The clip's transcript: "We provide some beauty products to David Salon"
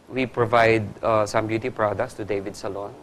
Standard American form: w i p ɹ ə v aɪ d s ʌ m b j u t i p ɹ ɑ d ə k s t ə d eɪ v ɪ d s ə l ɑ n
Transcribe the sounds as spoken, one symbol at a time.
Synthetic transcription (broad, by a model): w i p ɹ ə v aɪ d s ʌ m b j u t i p ɹ ɑ d ə k s t ə d eɪ v ɪ d s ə l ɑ n